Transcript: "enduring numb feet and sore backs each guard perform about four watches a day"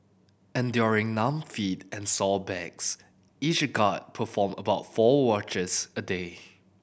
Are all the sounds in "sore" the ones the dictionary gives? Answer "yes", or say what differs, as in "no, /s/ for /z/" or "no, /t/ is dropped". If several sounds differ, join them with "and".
no, /l/ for /ɹ/